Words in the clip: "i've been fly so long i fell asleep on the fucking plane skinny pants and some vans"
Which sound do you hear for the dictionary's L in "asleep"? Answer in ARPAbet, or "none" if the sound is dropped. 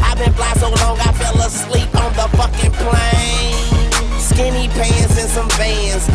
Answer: L